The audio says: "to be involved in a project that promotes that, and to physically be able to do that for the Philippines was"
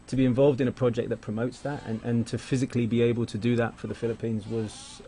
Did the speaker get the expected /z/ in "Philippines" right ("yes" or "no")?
yes